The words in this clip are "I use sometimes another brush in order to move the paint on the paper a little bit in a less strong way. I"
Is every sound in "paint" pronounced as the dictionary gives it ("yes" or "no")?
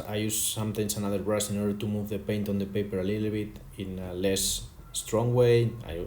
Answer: yes